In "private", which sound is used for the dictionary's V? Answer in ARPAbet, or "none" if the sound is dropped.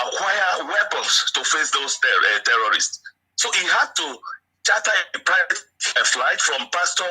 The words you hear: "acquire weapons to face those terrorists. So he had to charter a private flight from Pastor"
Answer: none